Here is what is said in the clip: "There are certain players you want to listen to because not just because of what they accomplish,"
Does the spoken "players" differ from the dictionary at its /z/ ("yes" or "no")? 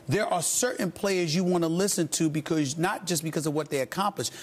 no